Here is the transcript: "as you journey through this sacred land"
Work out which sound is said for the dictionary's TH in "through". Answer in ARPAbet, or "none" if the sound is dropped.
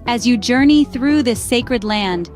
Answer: TH